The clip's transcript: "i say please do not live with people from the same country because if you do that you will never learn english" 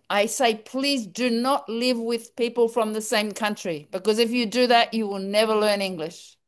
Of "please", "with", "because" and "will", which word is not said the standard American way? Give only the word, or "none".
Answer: none